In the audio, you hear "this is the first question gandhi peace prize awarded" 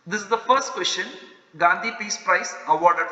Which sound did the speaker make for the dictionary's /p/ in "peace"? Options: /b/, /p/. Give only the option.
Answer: /p/